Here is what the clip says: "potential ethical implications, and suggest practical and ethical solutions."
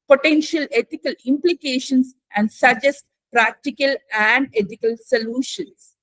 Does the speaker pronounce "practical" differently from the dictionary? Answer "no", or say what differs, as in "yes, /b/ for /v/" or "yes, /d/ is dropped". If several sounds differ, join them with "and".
no